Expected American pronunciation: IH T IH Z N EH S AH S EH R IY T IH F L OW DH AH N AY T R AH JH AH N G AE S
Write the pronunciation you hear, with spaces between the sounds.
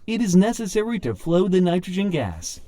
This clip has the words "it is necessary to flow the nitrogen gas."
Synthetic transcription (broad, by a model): IH T IH Z N EH S AH S EH R IY T IH F L OW DH AH N AY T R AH JH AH N G AE S